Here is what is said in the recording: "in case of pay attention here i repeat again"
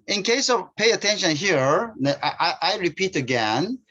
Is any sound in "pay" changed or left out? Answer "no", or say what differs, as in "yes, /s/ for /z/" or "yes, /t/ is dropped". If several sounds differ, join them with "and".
no